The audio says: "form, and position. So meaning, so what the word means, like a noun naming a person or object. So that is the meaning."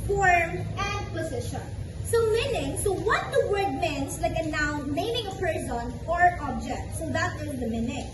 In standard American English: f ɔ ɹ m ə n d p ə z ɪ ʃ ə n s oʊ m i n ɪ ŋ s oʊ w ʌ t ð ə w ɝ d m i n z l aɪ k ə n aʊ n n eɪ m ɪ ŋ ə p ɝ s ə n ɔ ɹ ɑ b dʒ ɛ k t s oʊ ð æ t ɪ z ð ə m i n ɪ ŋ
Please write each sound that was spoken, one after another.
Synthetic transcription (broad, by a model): f ɔ ɹ m ə n d p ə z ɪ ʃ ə n s oʊ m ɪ n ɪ ŋ s oʊ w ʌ t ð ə w ɝ d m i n s l aɪ k ə n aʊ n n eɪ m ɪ ŋ ə p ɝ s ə n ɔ ɹ ɑ b dʒ ɛ k t s oʊ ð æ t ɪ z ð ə m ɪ n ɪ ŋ